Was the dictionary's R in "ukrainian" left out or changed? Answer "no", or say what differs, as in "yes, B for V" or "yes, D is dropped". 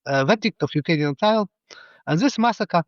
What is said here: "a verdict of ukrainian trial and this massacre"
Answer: yes, R is dropped